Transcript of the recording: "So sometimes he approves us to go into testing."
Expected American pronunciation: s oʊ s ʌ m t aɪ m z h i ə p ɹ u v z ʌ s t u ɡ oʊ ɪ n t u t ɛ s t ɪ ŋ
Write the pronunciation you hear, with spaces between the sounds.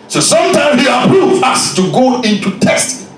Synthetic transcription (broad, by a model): s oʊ s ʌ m t aɪ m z h i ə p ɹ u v ɑ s t u ɡ oʊ ɪ n t u t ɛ s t